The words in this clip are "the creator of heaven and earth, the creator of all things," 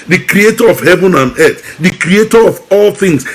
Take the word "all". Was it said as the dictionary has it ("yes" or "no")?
yes